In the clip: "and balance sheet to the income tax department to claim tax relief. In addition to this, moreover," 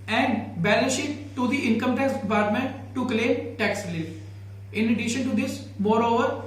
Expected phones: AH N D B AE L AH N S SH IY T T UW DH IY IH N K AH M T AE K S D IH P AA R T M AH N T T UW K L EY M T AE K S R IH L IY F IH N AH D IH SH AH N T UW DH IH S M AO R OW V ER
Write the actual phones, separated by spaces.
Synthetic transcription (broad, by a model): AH N D B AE L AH N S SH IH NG T UW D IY IH N K AH M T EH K S D IH P AA R T M AH N T T UW K L EY M T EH K S L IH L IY IH N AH D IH SH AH N T UW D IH S M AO R OW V ER